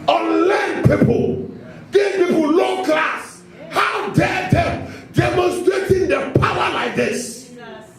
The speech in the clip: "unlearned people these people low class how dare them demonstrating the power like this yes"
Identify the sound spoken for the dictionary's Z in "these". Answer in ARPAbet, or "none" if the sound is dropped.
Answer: none